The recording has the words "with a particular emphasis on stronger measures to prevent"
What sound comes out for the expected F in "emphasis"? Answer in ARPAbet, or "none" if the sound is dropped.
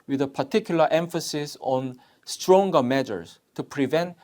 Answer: F